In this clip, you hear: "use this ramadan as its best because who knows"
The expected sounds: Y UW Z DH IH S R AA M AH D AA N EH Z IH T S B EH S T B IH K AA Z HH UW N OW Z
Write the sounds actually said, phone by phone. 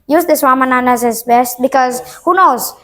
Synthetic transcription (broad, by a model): Y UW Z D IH S W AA M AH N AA N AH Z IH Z B EH S T B IH K AA Z HH UW N OW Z